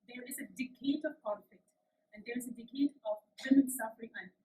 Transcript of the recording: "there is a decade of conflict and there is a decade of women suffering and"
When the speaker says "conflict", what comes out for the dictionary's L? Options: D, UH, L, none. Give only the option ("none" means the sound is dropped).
none